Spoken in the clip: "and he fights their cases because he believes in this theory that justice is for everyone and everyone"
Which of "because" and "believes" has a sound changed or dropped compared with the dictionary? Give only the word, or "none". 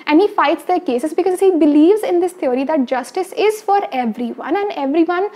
none